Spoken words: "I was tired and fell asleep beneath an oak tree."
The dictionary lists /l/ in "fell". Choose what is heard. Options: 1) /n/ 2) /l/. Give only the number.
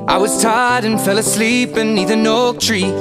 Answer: 2